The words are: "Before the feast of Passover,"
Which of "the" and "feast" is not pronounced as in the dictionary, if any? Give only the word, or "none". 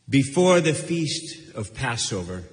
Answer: none